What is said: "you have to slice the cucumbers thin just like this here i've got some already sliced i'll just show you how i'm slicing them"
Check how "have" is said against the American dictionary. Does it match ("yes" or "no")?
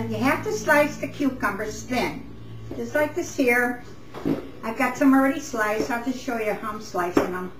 no